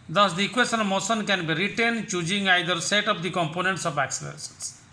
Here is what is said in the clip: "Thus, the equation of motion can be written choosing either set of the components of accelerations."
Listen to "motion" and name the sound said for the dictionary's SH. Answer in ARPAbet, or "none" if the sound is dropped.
S